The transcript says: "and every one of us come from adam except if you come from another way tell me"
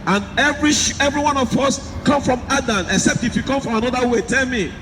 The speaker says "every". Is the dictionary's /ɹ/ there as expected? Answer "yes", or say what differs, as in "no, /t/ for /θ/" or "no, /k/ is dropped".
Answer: yes